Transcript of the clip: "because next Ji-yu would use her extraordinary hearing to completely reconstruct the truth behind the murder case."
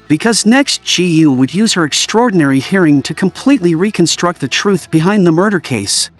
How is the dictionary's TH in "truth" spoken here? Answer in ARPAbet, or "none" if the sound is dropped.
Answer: TH